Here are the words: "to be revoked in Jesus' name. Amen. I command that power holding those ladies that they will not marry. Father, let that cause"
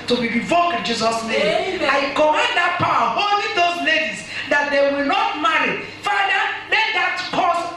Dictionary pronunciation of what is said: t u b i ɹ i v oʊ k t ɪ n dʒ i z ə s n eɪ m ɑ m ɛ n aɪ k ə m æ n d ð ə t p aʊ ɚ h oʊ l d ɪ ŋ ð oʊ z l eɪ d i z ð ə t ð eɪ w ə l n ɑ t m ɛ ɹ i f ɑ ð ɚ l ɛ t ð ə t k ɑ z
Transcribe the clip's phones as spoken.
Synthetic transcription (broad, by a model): t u b i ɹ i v oʊ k ɪ n dʒ i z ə s n eɪ m ɑ ɪ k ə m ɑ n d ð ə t p aʊ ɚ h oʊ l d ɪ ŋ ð oʊ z l eɪ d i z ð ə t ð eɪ w ə l n ɑ t m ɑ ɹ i f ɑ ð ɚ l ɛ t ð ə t k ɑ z